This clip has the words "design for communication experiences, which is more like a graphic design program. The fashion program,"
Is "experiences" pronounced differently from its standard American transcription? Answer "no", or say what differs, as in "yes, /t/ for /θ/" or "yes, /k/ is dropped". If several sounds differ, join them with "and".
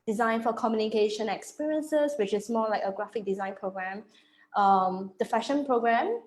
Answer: yes, /s/ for /z/